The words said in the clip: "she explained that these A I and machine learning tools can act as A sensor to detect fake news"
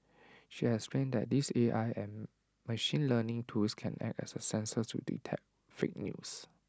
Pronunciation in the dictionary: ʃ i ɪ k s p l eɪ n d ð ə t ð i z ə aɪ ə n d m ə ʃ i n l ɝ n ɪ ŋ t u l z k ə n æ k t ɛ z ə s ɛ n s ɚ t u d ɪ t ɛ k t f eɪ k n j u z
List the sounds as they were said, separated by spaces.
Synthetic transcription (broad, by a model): ʃ i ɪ s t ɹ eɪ n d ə t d i s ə aɪ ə n m ə ʃ i n l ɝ n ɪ ŋ t u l s k ə n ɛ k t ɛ s ə s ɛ n s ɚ t u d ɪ t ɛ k f eɪ k n j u s